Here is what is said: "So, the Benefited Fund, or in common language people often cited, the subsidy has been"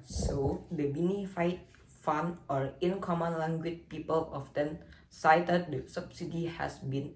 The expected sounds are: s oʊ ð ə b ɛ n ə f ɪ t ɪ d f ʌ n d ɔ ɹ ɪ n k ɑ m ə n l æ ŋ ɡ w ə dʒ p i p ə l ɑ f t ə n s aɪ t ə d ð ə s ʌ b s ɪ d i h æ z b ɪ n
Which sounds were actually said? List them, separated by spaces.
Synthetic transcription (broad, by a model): s oʊ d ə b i n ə f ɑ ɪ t f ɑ n ɔ ɹ ɪ n k ɑ m ə n l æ ŋ ɡ w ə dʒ p i p ə l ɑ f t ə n s aɪ t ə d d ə s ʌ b s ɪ d i h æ s b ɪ n